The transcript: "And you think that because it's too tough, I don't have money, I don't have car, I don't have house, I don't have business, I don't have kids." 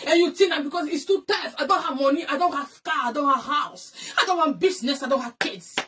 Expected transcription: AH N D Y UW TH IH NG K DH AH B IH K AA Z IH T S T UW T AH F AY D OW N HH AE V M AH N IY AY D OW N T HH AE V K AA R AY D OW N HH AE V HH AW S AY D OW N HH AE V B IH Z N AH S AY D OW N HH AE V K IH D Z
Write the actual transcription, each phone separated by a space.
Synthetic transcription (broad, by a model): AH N Y UW T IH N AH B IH K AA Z IH T S T UW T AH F AY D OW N HH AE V M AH N IY AY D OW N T HH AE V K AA AY D OW N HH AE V HH AW S AY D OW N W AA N B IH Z N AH S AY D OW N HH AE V K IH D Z